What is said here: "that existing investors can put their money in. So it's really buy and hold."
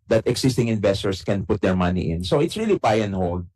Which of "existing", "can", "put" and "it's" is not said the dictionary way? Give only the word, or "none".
existing